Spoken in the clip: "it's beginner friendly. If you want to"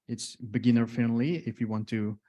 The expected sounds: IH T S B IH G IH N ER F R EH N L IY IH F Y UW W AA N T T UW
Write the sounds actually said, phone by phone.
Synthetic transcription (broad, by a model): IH T S B IH G IH N ER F EH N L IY IH F Y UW W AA N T T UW